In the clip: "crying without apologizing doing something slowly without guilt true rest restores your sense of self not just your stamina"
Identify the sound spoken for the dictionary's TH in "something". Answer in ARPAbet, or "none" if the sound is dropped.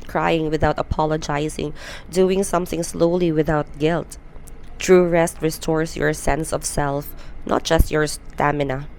TH